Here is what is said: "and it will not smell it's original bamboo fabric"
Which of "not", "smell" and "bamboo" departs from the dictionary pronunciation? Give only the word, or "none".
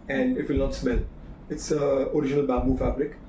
bamboo